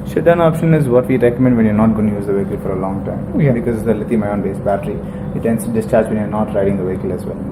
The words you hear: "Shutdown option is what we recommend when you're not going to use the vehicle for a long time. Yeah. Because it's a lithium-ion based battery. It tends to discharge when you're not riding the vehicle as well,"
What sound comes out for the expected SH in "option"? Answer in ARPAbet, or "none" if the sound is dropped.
SH